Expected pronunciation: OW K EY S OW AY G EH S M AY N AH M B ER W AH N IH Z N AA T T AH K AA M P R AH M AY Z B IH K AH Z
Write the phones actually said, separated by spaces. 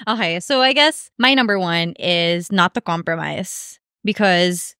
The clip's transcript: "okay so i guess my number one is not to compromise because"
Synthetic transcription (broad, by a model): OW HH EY S OW AY G EH S M AY N AH M B ER W AH N IH Z N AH T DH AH K AA M P R AH M AY Z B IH K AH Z